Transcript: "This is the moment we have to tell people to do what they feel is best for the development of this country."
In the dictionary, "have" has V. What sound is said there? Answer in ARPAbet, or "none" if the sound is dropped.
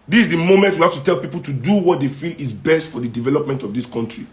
F